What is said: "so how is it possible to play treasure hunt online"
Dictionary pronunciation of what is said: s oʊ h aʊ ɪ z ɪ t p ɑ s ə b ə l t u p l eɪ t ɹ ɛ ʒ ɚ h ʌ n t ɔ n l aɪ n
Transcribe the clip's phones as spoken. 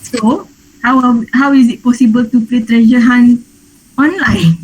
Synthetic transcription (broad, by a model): s oʊ h aʊ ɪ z ɪ t p ɑ s ə b ə l t u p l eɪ t ɹ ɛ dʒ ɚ h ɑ n ɔ n l aɪ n